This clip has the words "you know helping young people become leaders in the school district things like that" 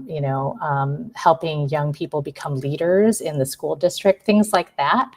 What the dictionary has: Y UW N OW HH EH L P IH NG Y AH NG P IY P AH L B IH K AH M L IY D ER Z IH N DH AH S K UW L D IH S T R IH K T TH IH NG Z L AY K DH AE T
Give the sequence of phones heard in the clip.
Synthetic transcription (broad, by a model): Y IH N OW HH EH L P IH NG Y AH NG P IY P L B IH K AH M L IY D ER Z IH N DH AH S K UW L D IH S T R IH K T TH IH NG Z L AY K DH AE T